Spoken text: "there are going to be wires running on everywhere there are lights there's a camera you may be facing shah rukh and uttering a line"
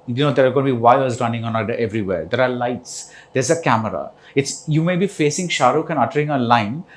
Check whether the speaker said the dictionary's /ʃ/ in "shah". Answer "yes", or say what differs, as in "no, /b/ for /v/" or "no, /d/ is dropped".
yes